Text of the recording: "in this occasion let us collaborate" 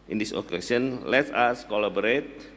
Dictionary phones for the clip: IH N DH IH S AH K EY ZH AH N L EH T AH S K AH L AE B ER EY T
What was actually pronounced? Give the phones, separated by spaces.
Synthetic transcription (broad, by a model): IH N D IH S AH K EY S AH N L EH T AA S K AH L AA B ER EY T